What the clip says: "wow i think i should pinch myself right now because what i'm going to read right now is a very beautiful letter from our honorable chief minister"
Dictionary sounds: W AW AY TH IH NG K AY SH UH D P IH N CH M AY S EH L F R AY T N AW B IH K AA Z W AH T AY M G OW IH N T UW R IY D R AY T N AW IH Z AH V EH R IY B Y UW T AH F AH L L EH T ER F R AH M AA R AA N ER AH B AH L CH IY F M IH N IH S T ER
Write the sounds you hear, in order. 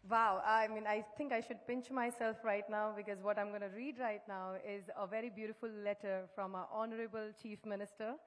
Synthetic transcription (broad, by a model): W AW AY T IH NG K AY SH UH D P IH N CH M AY S EH L F R AY T N AW B IH K AA Z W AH T AY M G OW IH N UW R IY D R AY T N AW IH Z AH V EH R IY B Y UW T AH F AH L L EH T ER F R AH M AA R AA N ER AH B AH L CH IY F M IH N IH S T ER